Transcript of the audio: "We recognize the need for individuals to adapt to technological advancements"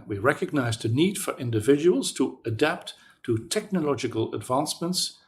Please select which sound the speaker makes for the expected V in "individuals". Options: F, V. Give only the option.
V